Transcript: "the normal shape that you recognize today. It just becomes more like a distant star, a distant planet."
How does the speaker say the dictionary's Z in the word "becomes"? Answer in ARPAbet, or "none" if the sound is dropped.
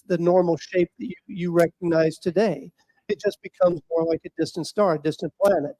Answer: Z